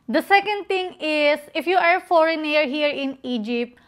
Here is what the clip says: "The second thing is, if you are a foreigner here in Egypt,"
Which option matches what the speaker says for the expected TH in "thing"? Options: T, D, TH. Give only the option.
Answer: T